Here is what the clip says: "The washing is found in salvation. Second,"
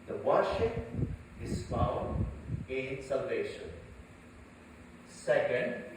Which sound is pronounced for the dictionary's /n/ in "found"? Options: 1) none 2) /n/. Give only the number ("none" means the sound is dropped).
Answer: 1